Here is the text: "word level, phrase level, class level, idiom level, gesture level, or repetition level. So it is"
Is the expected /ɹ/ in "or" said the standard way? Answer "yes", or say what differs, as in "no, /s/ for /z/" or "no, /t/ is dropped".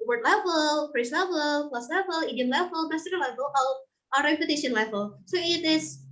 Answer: no, /l/ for /ɹ/